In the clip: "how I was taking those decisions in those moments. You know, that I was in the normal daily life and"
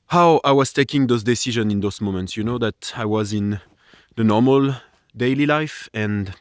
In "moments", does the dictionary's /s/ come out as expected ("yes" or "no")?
yes